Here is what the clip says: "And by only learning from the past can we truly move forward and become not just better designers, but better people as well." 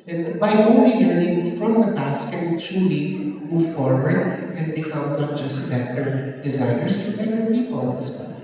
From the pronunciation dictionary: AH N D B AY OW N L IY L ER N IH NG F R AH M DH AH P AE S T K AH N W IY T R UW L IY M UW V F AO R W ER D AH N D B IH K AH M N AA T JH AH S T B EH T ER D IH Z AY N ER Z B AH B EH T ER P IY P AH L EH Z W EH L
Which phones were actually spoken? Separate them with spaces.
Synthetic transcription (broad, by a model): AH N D B AY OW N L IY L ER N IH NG F R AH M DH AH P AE S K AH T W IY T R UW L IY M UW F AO R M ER AH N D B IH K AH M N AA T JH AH S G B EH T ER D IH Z AY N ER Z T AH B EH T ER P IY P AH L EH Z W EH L